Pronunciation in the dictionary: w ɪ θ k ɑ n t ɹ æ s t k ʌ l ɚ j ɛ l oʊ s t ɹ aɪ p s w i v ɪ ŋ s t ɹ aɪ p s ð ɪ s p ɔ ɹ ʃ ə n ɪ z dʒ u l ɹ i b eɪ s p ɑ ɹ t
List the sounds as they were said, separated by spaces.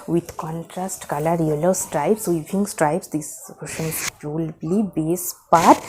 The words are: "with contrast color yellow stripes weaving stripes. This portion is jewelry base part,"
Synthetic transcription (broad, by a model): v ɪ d k ɑ n t ɹ æ s t k ʌ l ɚ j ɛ l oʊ s t ɹ aɪ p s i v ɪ ŋ s t ɹ aɪ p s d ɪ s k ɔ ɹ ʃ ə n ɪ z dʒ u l l i b eɪ s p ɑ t